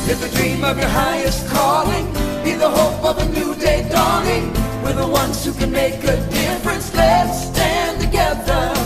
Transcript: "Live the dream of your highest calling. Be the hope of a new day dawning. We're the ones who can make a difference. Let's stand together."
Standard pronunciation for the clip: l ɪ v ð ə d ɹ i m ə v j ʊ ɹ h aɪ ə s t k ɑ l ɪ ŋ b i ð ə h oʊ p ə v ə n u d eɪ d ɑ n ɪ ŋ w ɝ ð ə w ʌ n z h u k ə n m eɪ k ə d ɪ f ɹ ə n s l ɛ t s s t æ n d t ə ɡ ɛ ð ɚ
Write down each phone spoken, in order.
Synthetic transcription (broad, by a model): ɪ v ð ə d ɹ i m ə v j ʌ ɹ h aɪ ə s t k ɑ l ɪ ŋ b i ð ə h oʊ p ə v ə n u d eɪ d ɑ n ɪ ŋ w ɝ ð ə w ʌ n z h u k ə n m eɪ k ə d ɪ f ɹ ə n s l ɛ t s s t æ n t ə ɡ ɛ ð ɚ